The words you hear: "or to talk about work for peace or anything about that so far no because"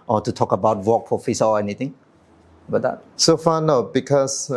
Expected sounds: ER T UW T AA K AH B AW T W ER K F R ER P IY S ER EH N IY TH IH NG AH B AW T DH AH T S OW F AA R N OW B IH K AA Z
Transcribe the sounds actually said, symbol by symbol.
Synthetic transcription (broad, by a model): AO T UW T AA K AH B AW T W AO K P R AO F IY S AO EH N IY T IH NG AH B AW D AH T S OW F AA N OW B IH K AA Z